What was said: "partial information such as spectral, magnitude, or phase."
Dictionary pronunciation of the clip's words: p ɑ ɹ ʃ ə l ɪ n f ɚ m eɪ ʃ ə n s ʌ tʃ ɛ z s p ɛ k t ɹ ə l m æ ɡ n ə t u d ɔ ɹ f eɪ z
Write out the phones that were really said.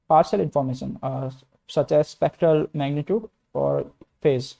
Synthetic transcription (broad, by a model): p ɑ ɹ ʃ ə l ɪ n f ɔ m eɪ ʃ ə n s ʌ tʃ ɛ z s p ɛ k t ɹ ə l m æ ɡ n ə t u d ɔ ɹ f eɪ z